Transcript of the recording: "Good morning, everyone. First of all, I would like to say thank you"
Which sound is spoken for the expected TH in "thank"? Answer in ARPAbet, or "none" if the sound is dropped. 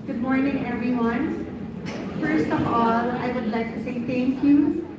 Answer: T